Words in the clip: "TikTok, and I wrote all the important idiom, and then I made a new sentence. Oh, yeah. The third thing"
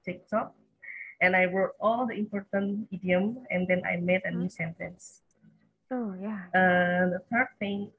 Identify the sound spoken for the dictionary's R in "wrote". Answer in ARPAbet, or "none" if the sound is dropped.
W